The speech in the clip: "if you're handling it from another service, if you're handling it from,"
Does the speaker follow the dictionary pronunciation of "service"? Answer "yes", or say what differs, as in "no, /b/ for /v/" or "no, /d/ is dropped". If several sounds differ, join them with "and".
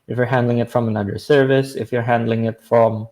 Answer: yes